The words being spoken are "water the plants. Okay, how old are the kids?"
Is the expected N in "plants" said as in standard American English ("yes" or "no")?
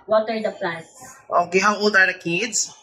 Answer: no